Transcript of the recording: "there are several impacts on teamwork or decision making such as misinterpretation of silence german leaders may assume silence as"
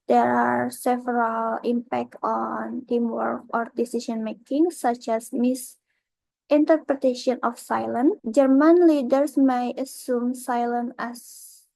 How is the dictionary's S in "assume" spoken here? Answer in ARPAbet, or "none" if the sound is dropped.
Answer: S